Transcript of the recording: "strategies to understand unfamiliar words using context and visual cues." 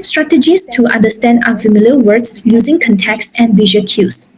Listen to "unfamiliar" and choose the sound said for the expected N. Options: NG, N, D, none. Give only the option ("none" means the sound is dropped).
none